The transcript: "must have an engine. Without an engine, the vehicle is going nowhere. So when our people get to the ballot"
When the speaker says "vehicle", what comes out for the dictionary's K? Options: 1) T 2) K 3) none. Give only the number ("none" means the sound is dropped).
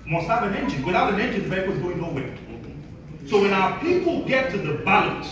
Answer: 3